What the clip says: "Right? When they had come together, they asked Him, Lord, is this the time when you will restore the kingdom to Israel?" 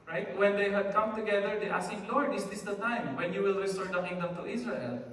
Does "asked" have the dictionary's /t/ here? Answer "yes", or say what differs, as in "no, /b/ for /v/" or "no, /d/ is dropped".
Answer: no, /t/ is dropped